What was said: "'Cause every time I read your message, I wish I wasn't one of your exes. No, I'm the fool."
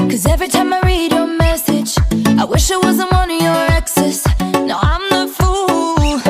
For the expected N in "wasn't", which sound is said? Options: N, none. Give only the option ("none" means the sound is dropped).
N